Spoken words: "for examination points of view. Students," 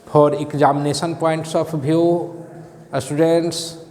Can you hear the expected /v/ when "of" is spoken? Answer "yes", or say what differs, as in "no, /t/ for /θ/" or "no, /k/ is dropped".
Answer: no, /p/ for /v/